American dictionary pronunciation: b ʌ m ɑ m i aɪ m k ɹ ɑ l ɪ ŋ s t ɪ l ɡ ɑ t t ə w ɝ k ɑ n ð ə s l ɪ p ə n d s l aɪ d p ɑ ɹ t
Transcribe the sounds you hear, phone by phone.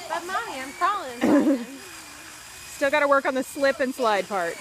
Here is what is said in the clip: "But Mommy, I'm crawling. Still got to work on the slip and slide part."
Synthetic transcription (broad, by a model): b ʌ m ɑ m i aɪ m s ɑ l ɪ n s t ɪ l ɡ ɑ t t ə w ɝ k n ð ə s l ɪ p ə n s l aɪ d p ɑ ɹ t